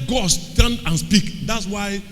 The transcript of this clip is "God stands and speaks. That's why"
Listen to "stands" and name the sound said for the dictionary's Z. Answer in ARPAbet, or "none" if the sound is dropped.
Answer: none